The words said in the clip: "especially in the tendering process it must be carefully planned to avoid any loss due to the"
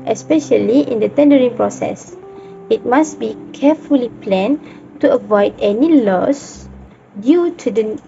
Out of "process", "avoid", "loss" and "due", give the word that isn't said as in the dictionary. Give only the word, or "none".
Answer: none